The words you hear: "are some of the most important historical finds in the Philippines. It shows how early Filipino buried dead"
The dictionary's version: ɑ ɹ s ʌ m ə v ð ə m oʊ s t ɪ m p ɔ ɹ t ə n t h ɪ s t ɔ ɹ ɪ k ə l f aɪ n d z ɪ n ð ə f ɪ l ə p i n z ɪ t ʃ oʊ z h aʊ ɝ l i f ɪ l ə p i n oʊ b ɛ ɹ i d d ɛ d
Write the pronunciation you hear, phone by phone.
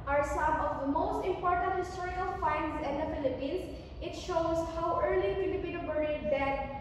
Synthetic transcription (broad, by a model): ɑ ɹ s ʌ m ə v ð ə m oʊ s t ɪ m p ɔ ɹ t ə n t h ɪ s t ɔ ɹ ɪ ə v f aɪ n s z ɪ n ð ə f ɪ l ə p i n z ɪ t ʃ oʊ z h aʊ ɝ l i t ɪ ə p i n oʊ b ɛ ɹ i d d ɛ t